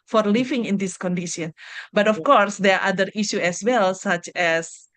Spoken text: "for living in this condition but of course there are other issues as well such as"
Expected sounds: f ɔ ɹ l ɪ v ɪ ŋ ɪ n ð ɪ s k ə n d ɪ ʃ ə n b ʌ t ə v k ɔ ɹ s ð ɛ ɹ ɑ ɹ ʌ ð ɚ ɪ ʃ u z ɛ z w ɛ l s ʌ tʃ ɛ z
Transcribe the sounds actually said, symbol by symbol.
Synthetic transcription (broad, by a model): f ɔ ɹ l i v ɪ ŋ ɪ n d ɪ s k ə n d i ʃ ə n b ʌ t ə f k ɔ ɹ s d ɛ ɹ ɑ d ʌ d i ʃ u ɛ s w ɛ l s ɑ tʃ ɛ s